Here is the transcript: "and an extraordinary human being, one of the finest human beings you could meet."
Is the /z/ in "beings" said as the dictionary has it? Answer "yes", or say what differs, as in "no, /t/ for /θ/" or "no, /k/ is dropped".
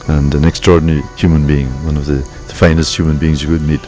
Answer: yes